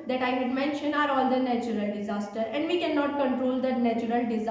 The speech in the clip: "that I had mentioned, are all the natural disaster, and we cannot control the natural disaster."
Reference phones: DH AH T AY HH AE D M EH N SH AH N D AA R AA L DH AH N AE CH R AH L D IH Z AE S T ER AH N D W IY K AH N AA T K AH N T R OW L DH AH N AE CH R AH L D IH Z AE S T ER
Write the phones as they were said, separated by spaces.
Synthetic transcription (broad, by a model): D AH T AY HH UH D M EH N SH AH N AA R AA L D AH N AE CH R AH L D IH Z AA S T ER AH N D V IY K AH N AA T K AH N T R OW L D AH N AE CH R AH L D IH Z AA